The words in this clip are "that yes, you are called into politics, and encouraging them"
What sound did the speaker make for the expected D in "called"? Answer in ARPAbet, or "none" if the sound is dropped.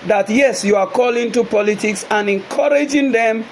none